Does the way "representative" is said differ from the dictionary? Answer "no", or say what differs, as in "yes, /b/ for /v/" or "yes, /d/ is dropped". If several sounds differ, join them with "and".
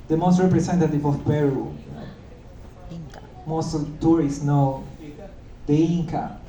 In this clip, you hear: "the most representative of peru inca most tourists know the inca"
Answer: yes, /s/ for /z/